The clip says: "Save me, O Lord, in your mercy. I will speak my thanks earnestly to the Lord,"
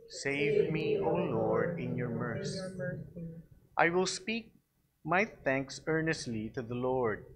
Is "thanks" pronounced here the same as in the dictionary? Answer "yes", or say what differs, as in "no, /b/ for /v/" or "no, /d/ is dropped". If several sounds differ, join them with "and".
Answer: yes